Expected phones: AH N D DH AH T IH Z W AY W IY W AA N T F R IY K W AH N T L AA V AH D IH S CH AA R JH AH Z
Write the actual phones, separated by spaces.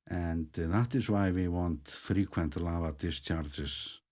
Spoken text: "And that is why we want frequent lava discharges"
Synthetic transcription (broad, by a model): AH N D DH AH T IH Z W AY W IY W AA N T F R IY K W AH N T L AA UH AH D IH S CH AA R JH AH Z